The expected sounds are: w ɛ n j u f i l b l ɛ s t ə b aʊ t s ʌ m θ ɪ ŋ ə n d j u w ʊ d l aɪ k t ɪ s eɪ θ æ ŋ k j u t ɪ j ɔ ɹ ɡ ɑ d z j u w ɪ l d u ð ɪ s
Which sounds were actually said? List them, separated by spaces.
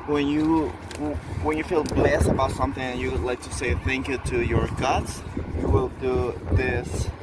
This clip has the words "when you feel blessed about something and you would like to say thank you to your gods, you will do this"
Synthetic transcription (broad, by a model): w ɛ n j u f i l b l ɛ s t ə b aʊ t s ʌ m θ ɪ ŋ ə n j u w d l aɪ k t ɪ s eɪ θ æ ŋ k j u t ɪ j ɔ ɹ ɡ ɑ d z j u w ɪ l d u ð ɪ s